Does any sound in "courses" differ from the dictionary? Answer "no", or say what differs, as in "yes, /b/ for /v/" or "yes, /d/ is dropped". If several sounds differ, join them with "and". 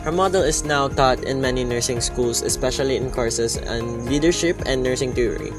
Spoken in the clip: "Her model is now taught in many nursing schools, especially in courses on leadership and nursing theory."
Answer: yes, /s/ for /z/